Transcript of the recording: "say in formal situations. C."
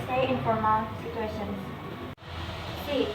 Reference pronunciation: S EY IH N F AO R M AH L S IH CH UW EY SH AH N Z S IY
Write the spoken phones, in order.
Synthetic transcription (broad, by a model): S EY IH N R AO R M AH N S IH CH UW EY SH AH N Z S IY